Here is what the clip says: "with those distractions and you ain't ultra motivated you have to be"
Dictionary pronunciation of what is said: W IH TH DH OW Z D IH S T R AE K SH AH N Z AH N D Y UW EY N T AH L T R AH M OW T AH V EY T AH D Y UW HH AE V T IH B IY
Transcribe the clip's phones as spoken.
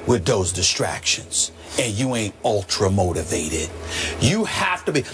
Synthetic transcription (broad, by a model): W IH DH OW Z D IH S T R AE K SH AH N Z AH N Y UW EY N T AH L T R AH M OW T AH V EY T AH D Y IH HH AE F T IH B IY